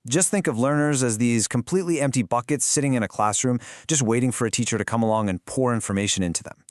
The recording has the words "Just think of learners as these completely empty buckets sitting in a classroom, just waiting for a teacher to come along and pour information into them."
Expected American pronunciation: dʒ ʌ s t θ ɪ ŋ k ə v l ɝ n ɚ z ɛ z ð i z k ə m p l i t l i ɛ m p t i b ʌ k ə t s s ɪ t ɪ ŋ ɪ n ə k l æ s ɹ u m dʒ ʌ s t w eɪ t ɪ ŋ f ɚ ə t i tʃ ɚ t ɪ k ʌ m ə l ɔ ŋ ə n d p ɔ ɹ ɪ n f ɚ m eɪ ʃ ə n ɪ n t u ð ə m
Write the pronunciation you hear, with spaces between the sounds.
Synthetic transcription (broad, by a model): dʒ ʌ s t θ ɪ ŋ k ə v l ɝ n ɚ z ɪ z ð i z k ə m p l i t l i ɛ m p t i b ʌ k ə t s s ɪ t ɪ ŋ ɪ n ə k l æ s ɹ u m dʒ ʌ s t w eɪ t ɪ ŋ f ɚ ə t i tʃ ɚ t ɪ k ʌ m ə l ɔ ŋ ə n p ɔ ɹ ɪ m f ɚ m eɪ ʃ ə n ɪ n t u ð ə m